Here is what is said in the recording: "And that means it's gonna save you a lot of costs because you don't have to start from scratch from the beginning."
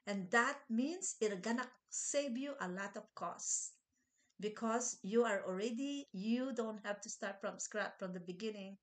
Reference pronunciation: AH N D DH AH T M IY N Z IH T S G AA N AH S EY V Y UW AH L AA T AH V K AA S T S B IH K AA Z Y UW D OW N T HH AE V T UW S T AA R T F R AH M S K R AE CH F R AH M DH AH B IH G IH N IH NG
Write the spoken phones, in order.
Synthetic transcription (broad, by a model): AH N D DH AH T M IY N S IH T G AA N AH S EY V Y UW AH L AA T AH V K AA S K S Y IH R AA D Y UW D OW N T HH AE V T UW S T AA R T F R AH M S K R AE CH F R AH M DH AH B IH G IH N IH NG